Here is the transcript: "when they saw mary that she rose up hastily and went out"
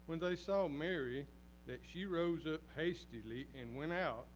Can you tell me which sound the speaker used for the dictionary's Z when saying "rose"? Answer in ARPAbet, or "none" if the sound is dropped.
Z